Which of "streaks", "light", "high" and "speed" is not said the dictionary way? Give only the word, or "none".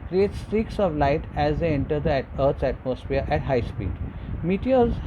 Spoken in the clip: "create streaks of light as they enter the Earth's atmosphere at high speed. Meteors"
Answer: none